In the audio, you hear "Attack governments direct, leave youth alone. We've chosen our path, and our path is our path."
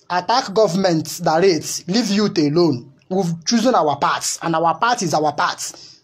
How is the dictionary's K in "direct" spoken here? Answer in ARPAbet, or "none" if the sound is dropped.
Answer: none